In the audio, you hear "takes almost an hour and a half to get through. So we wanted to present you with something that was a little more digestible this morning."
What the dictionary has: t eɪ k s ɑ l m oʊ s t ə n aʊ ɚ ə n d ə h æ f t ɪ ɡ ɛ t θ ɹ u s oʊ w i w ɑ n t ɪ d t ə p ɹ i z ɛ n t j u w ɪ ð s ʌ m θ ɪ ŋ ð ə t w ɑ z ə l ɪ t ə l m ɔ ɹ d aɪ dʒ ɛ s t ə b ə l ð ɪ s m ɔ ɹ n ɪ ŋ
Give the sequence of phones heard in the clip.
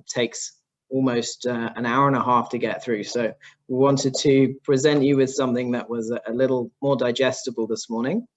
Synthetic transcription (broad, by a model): t eɪ k s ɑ l m oʊ s t ə n aʊ ɚ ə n ə h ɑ f t ɪ ɡ ɛ t θ ɹ u s oʊ w i w ɑ n t ɪ d t ə p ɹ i z ɛ n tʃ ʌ w ɪ ð s ʌ m θ ɪ ŋ ð ə t w ɑ z ə l ɪ t l m ɔ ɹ d aɪ dʒ ɛ s t ə b ə l ð ɪ s m ɔ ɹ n ɪ ŋ